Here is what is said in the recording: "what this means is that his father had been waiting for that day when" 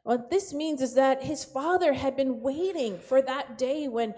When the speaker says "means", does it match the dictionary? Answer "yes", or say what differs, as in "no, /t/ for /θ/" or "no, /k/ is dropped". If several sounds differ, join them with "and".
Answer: yes